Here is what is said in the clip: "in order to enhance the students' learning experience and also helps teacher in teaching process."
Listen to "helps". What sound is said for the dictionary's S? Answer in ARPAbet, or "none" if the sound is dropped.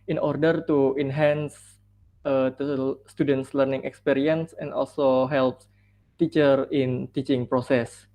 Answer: none